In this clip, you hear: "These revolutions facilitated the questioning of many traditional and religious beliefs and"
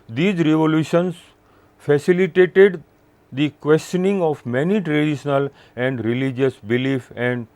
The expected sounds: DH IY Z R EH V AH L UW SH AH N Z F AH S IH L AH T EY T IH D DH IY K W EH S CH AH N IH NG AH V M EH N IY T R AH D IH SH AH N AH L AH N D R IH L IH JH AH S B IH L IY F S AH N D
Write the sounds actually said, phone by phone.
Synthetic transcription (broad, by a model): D IY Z R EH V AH L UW SH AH N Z F AH S IH L AH T EY T IH D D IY K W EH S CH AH N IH NG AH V M EH N IY T R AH D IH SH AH N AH L AH N D R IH L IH JH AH S B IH L IY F AH N D